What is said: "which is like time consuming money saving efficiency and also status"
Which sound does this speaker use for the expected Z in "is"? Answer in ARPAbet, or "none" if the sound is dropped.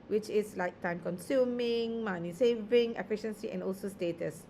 S